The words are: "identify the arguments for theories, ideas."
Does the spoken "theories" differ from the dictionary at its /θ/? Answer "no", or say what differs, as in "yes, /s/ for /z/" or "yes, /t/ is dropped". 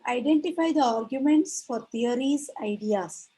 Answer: yes, /t/ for /θ/